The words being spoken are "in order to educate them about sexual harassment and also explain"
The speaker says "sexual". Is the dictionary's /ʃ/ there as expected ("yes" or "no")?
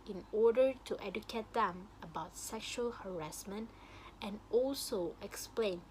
yes